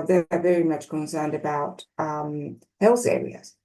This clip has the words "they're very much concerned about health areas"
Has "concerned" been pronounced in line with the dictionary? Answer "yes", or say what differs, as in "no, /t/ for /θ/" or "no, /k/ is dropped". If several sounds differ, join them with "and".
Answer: yes